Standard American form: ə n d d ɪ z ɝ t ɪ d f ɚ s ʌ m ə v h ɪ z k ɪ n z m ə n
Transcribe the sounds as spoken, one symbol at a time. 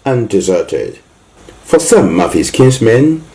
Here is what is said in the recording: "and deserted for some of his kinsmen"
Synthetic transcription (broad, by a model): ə n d d ɪ z ɝ t ɪ d f ɚ s ʌ m ə v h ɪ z k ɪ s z m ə n